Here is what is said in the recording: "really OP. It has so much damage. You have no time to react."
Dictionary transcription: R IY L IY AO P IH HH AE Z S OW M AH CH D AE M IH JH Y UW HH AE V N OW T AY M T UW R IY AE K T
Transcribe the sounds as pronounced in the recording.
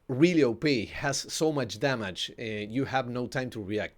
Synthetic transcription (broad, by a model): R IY L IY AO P IH HH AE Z S OW M AH CH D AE M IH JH Y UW HH AE V N OW T AY M T UW R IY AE K T